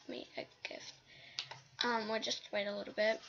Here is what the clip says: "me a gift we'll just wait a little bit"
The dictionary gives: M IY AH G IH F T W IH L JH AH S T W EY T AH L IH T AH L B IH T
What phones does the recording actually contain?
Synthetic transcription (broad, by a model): M IY AH G IH F T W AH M JH AH S T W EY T AH L IH T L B IH T